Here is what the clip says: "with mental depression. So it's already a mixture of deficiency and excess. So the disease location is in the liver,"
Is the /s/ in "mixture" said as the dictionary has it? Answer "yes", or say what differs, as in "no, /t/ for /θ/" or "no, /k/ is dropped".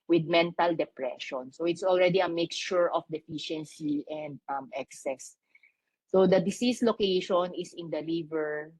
no, /s/ is dropped